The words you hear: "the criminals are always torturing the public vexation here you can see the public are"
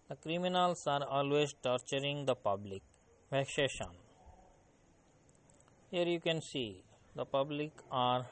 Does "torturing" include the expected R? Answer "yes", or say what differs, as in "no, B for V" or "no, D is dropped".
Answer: yes